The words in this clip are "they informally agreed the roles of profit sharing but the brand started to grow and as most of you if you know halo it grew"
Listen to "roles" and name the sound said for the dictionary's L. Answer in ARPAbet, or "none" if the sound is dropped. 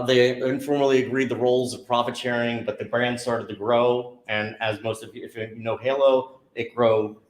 L